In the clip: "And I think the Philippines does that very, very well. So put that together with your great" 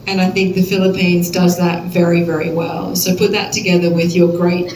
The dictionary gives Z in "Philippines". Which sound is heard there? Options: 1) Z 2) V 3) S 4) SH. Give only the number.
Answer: 1